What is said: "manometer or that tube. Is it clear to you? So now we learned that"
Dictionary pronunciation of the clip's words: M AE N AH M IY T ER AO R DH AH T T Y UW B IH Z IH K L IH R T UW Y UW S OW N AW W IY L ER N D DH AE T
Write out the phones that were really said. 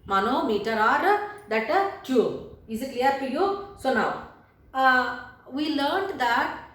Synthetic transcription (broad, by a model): M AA N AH M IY T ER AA R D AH T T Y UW IH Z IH K L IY R T UW Y UW S OW N AW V IY L ER N D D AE T